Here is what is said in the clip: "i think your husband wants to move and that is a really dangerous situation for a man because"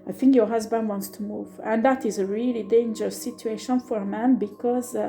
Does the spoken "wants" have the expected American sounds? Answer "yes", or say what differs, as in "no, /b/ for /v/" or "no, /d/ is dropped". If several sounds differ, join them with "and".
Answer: yes